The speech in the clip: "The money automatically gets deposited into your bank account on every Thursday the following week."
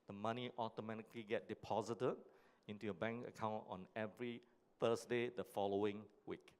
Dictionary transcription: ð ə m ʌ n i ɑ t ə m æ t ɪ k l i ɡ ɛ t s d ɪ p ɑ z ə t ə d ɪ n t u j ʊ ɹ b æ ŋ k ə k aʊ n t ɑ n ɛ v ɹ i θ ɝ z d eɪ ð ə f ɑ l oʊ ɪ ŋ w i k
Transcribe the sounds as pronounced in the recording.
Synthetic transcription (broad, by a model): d ə m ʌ n i ɑ t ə m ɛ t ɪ k l i ɡ ɛ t d ɪ p ɑ z ə t ə d ɪ n t u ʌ b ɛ ŋ k ə k aʊ n t ɑ n ɛ v ɹ i f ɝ s d eɪ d ə f ɑ l oʊ ɪ ŋ w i k